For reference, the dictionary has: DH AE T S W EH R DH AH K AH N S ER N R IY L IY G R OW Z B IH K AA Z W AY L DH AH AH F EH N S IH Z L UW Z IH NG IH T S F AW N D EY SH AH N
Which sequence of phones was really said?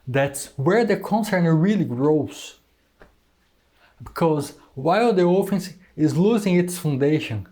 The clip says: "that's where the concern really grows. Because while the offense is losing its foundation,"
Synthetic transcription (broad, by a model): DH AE T S W EH R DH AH K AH N S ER N R IY L IY G R OW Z B IH K AA Z W AY L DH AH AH F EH N S IH Z L UW Z IH NG IH T S F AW N D EY SH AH N